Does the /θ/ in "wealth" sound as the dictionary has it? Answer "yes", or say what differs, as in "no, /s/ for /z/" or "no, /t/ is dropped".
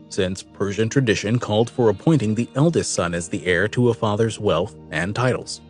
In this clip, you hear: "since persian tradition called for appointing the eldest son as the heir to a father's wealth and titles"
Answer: yes